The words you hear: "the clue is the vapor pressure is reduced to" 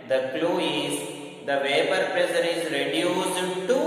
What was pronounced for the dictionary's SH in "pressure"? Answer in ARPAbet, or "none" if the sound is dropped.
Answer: S